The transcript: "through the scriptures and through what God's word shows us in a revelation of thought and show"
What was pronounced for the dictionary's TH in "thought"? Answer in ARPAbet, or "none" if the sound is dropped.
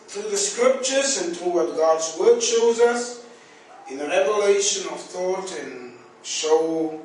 TH